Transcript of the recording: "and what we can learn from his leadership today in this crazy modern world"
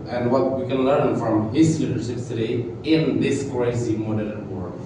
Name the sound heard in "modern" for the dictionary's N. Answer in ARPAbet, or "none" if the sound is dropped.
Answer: L